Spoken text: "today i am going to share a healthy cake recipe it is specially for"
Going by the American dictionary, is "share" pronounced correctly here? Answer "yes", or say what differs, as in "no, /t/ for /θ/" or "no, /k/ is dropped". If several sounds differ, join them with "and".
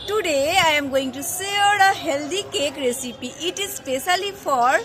no, /s/ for /ʃ/